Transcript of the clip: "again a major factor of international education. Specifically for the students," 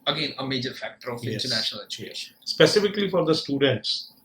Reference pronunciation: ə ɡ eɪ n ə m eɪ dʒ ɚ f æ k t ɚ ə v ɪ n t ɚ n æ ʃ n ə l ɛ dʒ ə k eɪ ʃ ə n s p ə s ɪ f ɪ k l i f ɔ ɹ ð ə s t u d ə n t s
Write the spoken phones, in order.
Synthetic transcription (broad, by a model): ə ɡ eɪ n ə m eɪ dʒ ɚ f æ k t ɚ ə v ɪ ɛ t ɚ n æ ʃ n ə l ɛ tʃ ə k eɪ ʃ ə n s p ə s ɪ f ɪ k l i f ɔ ɹ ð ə s t u d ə n t s